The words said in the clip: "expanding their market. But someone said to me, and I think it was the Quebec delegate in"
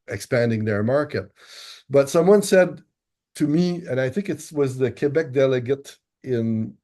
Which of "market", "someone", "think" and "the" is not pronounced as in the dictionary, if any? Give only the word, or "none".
none